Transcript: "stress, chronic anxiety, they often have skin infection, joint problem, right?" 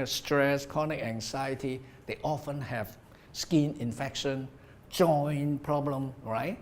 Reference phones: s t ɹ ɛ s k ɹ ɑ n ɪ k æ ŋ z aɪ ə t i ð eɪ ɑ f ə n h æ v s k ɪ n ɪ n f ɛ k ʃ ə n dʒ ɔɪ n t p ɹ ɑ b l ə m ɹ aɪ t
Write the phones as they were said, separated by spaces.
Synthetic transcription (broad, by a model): s t ɹ ɛ s k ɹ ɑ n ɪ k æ ŋ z aɪ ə t i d eɪ ɑ f ə n h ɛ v s k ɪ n ɪ n f ɛ k ʃ ə n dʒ ɔɪ n p ɹ ɑ b l ə m ɹ aɪ t